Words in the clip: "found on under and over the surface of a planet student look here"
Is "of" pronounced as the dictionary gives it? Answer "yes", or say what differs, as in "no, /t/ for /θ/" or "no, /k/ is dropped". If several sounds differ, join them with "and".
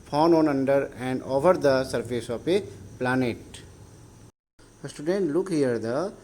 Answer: no, /p/ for /v/